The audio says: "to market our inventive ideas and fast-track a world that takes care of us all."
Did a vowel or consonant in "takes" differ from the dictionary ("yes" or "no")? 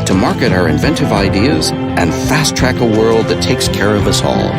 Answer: no